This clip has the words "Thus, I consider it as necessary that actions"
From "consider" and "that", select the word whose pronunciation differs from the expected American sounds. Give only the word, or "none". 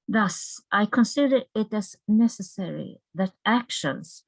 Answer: none